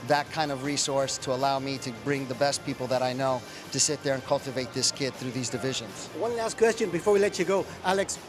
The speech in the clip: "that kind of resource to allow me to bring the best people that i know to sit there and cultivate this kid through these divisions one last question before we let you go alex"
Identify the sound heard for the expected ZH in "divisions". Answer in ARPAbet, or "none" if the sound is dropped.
ZH